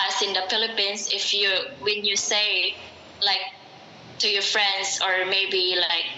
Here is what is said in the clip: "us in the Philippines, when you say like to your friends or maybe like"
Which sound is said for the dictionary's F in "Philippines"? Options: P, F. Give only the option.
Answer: P